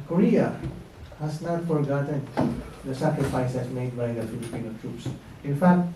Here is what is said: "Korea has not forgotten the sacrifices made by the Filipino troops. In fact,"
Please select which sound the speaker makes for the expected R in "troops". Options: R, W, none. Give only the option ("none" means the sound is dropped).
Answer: R